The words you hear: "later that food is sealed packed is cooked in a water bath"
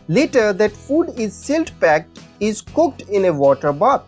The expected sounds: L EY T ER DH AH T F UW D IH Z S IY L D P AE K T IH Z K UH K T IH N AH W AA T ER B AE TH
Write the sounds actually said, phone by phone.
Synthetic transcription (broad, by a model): L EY T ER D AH T F UW D IH Z S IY L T P AE K T IH Z K UH K T IH N AH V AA T ER B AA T